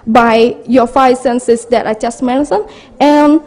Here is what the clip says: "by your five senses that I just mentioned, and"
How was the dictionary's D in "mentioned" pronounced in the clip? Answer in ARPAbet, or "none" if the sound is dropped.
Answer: none